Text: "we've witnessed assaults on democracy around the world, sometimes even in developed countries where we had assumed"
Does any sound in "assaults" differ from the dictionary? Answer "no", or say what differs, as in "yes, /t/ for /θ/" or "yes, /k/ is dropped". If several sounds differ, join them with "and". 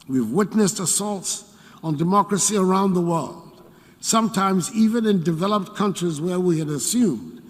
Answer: no